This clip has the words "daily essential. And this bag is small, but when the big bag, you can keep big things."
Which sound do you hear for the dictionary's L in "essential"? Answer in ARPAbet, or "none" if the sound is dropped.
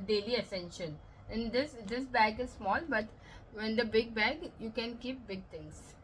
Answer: N